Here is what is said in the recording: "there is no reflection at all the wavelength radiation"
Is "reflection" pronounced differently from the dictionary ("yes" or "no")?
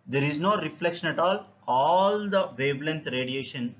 no